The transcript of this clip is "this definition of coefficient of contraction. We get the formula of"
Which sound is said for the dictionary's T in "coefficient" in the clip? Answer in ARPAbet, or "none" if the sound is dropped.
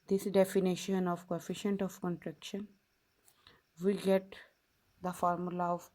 T